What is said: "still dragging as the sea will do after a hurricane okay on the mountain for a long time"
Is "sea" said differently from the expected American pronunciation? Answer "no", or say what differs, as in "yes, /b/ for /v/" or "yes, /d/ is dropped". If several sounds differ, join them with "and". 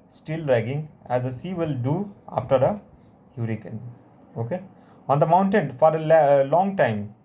no